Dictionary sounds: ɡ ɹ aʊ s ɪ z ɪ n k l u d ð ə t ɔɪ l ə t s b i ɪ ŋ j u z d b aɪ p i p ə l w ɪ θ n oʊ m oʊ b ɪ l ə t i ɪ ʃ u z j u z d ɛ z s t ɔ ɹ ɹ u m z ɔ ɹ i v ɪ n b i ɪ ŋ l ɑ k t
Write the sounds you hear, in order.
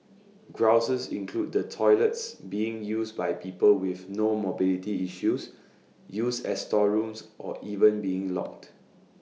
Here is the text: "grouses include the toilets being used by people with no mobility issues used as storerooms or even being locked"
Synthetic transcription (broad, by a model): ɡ ɹ aʊ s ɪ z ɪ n k l u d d ə t ɔɪ l ə t s b i ɪ ŋ j u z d b aɪ p i p ə l w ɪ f n oʊ m oʊ b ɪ l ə t i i ʃ u s j u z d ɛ s t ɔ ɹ ɹ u m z ɔ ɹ i v ɪ n b i ɪ ŋ l ɑ k t